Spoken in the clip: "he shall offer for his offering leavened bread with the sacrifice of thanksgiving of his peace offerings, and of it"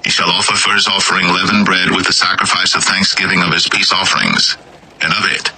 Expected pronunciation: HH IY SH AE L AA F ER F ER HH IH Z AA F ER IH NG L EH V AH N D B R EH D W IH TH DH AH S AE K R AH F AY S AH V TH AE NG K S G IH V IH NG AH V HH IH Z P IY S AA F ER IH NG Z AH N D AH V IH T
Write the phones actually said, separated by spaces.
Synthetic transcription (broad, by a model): HH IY SH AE L AA F ER F ER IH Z AA F ER IH NG L EH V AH N B R EH D W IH DH AH S AE K R AH F AY S AH V TH AE NG K S G IH V IH NG AH V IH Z P IY S AA F ER IH NG Z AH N AH V IH T